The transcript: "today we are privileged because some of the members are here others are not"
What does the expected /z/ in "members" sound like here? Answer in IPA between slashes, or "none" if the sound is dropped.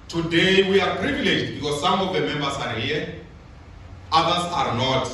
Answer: /s/